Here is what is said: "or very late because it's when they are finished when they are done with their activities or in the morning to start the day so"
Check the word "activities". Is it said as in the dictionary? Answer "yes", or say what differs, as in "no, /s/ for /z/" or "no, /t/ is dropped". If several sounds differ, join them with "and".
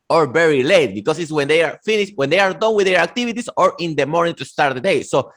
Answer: no, /s/ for /z/